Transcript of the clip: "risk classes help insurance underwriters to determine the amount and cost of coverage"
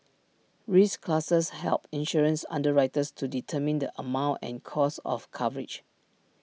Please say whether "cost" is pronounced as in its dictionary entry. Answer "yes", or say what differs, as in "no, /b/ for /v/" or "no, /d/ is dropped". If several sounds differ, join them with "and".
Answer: no, /t/ is dropped